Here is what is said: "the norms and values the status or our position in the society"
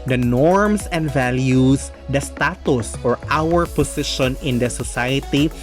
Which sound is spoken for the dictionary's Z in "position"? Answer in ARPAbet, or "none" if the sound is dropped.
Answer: S